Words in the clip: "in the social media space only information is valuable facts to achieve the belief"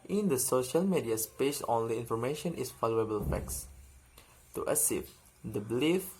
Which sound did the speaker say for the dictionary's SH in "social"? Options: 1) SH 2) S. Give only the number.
1